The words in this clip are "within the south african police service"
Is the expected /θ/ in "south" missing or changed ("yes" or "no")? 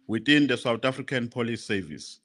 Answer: yes